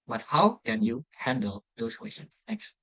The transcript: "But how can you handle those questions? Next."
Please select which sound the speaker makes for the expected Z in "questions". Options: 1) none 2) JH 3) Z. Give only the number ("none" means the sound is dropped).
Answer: 1